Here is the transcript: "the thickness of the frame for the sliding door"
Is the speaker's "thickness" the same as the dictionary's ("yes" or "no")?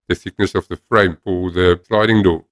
no